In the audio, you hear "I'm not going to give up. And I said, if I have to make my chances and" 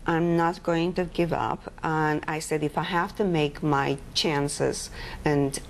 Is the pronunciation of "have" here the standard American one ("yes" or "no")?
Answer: no